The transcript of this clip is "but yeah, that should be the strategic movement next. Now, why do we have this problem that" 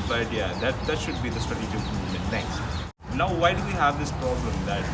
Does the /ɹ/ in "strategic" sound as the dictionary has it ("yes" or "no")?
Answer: no